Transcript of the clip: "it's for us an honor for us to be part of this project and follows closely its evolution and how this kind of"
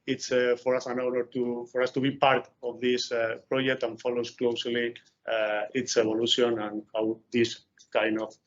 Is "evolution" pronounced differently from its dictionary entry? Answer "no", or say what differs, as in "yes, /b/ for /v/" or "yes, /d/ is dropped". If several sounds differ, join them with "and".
yes, /b/ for /v/